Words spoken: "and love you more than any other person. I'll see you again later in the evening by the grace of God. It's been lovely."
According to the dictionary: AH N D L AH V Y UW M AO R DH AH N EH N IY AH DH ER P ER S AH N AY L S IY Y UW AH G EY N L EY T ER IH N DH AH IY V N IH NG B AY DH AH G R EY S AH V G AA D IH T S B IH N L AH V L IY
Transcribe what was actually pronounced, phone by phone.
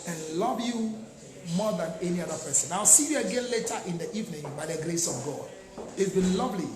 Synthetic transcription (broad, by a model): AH N L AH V Y UW M AO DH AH N EH N IY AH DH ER P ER S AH N AY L S IY Y UW AH G EY N L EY T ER IH N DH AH IY V N IH NG B AY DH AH G R EY S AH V G AA D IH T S B IH N L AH V L IY